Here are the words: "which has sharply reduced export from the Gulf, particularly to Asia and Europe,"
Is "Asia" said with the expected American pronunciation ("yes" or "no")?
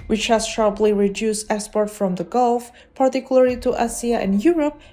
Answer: no